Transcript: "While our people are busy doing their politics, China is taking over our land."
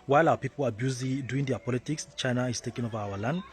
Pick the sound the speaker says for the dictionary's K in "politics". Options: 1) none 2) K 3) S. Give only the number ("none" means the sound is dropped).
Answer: 2